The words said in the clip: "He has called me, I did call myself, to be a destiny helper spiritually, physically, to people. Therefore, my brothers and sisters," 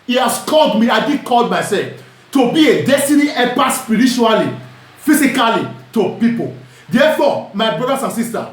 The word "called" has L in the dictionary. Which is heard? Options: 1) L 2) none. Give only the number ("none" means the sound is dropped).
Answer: 1